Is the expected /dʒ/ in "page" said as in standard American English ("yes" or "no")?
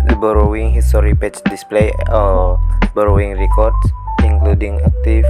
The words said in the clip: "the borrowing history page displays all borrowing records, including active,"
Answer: no